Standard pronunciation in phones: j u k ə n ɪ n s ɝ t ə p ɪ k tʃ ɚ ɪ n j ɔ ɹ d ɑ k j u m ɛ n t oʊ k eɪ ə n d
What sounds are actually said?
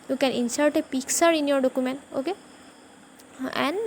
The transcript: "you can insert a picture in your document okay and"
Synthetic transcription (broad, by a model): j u k ə n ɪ n s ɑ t ə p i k s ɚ ɪ n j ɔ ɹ d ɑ k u m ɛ n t oʊ k eɪ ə n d